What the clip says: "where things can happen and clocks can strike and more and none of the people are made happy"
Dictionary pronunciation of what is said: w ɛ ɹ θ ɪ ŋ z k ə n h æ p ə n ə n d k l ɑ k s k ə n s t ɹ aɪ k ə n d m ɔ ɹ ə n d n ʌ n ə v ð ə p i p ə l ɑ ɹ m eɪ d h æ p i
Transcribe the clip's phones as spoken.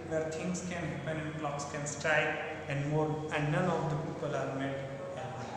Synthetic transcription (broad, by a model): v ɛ ɹ t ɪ ŋ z k ə n h æ p ə n ə n d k l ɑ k s k ə n s t ɹ aɪ ə n d m ɔ ɹ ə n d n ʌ n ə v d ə p i p ə l ɑ ɹ m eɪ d